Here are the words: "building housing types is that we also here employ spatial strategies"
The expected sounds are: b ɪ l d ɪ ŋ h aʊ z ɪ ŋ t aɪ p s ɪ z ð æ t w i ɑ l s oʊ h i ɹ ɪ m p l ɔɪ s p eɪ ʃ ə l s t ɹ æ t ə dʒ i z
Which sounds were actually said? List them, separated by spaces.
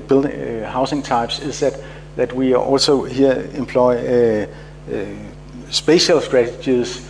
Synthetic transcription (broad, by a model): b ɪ l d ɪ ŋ h aʊ s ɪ ŋ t aɪ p s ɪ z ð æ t w i ɑ l s oʊ h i ɪ m p l ɔɪ s b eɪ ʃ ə l s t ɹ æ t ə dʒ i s